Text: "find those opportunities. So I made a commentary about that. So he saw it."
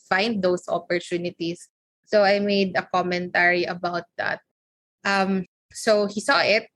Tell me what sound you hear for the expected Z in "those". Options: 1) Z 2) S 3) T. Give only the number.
2